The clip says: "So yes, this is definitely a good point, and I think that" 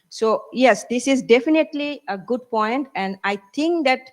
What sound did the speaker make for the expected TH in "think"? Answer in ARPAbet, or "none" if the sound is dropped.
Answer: T